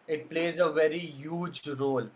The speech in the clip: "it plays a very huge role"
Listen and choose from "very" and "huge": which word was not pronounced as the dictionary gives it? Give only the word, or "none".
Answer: none